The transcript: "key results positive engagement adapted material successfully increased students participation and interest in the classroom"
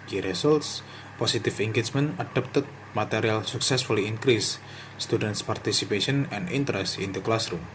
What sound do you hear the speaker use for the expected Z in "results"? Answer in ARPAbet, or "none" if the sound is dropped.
S